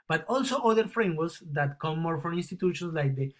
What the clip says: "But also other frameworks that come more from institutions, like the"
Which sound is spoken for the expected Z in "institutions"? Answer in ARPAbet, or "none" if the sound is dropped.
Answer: S